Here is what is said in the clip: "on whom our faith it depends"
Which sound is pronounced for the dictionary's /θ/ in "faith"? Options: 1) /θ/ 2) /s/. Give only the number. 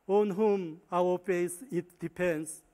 2